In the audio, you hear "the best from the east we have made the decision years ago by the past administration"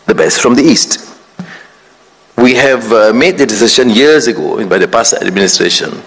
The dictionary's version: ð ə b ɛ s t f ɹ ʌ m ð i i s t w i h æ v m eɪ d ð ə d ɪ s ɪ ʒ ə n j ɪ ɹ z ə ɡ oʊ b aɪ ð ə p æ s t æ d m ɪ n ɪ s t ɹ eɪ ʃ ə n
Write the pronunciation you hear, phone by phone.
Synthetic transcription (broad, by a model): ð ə b ɛ s t f ɹ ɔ m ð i i s t w i h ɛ v m eɪ d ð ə d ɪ s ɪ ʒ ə n j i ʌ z ə ɡ oʊ b aɪ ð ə p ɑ s æ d m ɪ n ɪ s t ɹ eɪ ʃ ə n